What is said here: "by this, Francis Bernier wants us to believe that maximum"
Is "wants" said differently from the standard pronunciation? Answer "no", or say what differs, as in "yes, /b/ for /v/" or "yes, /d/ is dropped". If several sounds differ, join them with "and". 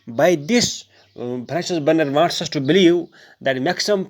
yes, /n/ is dropped